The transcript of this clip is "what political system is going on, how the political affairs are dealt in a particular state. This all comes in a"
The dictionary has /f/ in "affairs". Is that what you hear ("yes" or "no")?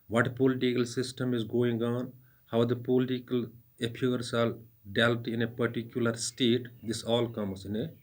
no